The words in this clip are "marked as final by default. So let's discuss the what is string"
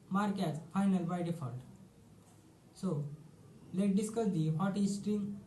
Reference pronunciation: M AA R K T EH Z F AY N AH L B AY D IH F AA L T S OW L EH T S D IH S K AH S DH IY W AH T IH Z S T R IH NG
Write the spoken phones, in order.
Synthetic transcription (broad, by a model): M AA R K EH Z F AY N AH L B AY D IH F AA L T S OW L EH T D IH S K AH S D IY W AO T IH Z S T R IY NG